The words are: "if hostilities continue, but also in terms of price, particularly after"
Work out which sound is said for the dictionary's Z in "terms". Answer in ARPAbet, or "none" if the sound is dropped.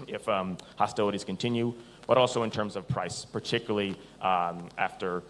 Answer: Z